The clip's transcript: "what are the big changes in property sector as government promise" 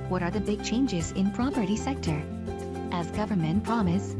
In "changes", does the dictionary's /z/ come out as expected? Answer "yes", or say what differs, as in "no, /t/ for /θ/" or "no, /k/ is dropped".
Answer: yes